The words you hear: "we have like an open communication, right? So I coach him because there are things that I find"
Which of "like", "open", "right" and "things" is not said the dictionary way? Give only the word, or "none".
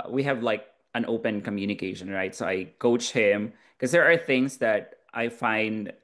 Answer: none